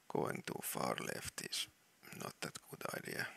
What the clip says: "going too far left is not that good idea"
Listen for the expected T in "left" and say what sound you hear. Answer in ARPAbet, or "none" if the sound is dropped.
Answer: T